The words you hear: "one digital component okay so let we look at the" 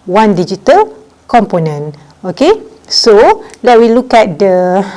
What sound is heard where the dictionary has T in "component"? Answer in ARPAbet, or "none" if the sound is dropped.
none